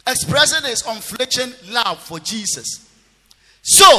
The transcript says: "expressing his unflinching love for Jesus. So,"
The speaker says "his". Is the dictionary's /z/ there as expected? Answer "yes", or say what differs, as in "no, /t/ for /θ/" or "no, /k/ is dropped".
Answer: no, /s/ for /z/